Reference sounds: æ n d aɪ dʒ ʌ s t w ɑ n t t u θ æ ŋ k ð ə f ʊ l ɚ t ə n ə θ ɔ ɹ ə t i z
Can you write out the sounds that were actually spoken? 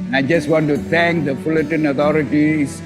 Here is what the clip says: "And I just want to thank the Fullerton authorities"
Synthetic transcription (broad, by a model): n aɪ dʒ ʌ s t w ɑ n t t u t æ ŋ k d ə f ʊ l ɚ t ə n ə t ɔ ɹ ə t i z